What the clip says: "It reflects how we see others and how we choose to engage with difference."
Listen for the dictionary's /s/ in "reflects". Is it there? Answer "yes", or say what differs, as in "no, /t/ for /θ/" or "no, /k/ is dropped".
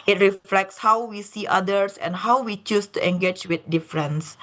yes